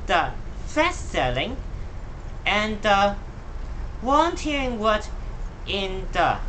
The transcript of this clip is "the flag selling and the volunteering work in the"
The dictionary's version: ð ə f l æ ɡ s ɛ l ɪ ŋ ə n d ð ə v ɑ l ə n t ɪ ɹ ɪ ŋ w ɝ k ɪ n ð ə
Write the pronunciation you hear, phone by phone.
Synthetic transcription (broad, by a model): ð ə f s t s ɛ l ɪ ŋ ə n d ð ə w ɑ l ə n t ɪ ɹ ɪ ŋ w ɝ ɪ n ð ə